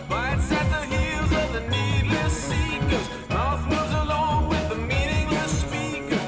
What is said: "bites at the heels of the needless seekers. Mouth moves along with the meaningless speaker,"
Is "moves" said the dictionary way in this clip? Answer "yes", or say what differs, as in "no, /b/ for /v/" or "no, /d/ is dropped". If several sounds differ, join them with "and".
no, /v/ is dropped